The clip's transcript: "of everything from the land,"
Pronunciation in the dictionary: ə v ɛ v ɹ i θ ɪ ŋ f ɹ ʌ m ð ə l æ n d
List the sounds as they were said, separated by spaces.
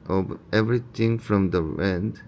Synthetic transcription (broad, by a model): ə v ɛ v ɹ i t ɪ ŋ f ɹ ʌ m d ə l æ n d